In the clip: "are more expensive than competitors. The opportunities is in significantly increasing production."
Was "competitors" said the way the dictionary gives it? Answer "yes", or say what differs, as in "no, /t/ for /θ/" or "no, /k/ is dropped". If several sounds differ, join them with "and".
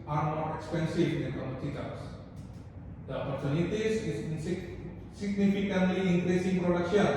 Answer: no, /p/ is dropped